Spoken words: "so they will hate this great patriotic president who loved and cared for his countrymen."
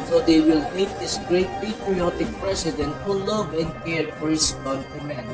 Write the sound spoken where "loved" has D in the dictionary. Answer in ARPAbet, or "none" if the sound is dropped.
none